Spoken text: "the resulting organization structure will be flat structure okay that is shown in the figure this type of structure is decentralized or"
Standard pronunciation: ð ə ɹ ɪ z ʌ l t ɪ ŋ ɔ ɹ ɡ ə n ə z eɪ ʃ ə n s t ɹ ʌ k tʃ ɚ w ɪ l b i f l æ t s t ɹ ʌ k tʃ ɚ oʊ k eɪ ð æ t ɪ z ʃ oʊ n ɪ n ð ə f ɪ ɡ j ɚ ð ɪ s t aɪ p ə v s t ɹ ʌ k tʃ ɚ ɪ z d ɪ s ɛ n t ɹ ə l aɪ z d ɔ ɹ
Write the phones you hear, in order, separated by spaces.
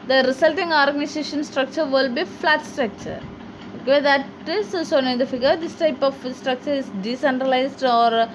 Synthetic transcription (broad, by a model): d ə ɹ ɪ s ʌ l t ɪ ŋ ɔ ɹ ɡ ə n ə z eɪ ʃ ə n s t ɹ ʌ k tʃ ɚ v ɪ l b i f l æ t s t ɹ ʌ k tʃ ɚ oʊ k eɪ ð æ t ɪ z s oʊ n ɪ n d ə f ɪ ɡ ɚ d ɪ s t aɪ p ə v s t ɹ ʌ k tʃ ɚ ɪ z d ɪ s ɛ n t ɹ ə l aɪ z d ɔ ɹ